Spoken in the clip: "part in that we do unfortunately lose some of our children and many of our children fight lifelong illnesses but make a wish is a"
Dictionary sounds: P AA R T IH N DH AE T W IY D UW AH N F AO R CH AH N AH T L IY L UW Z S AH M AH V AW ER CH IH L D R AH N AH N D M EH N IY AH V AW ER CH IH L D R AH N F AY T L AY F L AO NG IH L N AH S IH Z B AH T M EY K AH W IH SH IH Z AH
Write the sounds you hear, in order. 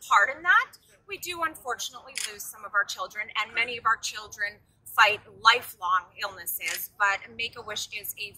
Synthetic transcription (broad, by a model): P AA R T IH N DH AE T W IY D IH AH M F AO R CH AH N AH T L IY L UW Z S AH M AH V AW ER CH IH L D R AH N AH N M EH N IY AH V AW ER CH IH L D R AH N F AY T L AY F L AO NG IH L N AH S IH Z B AH T M EY K AH W IH SH IH Z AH